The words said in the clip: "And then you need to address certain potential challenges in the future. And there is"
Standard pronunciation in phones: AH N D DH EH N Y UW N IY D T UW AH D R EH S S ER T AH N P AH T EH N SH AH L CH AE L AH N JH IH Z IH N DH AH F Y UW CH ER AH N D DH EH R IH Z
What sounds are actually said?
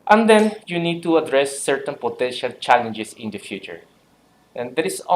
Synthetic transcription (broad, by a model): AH N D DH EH N Y UW N IY D T UW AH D R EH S S ER T AH N P AH T EH N SH AH L CH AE L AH N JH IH S IH N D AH F Y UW CH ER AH N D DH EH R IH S